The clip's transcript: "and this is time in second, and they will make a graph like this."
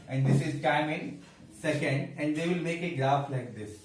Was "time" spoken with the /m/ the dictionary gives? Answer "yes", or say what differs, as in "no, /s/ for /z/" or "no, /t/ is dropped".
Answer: yes